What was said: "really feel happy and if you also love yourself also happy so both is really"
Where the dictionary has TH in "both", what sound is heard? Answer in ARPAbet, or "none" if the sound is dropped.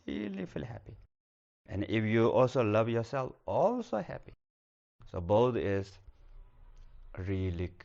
T